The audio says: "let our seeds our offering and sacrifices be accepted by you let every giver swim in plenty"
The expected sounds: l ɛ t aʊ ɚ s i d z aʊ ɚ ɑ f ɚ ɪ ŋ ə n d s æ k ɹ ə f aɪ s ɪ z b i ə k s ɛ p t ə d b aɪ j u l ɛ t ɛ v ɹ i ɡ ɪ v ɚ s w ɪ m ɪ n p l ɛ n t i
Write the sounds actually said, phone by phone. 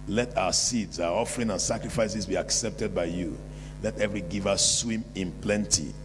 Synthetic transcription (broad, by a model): l ɛ t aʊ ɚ s i d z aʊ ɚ ɑ f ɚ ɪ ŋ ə n s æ k ɹ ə f aɪ s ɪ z b i ə k s ɛ p t ə d b aɪ j u l ɛ t ɛ v ɹ i ɡ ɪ v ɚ s w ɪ m ɪ n p l ɛ n t i